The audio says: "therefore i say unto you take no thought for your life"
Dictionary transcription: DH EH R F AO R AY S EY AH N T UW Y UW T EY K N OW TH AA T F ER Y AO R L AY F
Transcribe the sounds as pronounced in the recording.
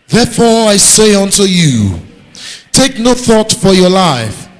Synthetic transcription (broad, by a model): DH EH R F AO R AY S EY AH N T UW Y UW T EY K N OW TH AA T F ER Y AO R L AY F